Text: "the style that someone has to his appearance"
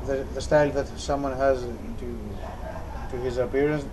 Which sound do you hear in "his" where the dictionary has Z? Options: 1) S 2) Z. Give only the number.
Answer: 2